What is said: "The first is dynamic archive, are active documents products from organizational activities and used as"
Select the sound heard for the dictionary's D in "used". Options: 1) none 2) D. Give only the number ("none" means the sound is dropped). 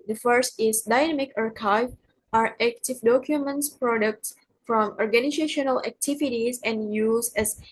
1